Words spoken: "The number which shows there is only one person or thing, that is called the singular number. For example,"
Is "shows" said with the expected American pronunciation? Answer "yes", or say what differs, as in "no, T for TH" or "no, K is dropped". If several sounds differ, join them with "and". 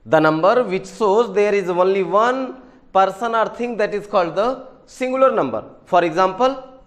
no, S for SH